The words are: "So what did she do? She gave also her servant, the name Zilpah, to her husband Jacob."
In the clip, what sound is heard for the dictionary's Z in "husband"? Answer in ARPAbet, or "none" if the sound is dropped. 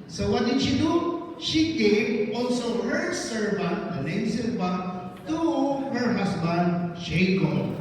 S